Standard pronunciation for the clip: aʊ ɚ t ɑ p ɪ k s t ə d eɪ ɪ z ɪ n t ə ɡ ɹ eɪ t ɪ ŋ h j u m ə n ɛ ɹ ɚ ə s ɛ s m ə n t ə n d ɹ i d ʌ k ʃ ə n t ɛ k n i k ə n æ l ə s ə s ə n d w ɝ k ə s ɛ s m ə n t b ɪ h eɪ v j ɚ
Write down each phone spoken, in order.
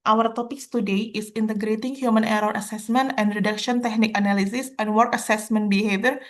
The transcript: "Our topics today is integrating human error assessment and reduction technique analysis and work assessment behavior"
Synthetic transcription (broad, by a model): aʊ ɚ t ɑ p ɪ k s t ə d eɪ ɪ s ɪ n t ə ɡ ɹ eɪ t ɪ ŋ h j u m ə n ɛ ɹ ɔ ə s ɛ s m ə n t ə n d ɹ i d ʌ k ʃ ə n t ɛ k n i k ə n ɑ l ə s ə s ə n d w ɝ k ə s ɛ s m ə n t b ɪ h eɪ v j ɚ